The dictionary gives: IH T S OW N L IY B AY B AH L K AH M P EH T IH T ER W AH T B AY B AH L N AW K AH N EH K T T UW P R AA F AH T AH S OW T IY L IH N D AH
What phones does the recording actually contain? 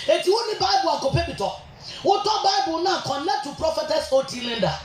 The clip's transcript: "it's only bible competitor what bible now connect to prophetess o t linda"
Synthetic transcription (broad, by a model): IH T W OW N IY B AY B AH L K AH P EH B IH T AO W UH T B AY B AH L N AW K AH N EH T T UW P R AA F AH T AH S OW T IY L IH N D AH